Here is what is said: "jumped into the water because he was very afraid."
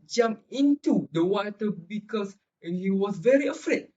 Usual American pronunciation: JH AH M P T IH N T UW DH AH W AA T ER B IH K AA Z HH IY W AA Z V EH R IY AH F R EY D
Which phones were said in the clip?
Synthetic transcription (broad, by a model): JH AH M P IH N T UW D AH W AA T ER B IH K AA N HH IY W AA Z V EH R IY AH F R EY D